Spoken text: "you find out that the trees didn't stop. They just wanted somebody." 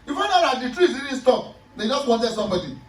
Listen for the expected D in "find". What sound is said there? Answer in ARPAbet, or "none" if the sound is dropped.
none